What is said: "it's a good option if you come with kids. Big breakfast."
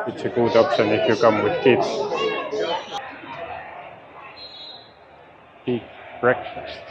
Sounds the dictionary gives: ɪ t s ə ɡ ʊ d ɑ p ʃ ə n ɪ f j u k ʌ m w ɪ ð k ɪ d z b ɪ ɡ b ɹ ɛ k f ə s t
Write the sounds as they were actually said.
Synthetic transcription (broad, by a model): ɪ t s ə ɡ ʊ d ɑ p s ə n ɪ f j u k ʌ m w ɪ ð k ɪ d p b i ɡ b ɹ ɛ k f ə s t